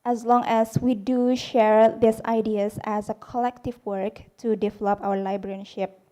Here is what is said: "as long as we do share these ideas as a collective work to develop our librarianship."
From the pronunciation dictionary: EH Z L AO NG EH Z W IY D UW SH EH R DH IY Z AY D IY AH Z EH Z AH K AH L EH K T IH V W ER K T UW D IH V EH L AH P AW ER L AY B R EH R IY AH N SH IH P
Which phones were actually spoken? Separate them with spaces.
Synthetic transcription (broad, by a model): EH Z L AO NG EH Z W IY D UW SH EH R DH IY S AY D IY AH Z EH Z AH K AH L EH K T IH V W ER K T UW D IH V EH L AH P AW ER L AY B R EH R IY SH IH P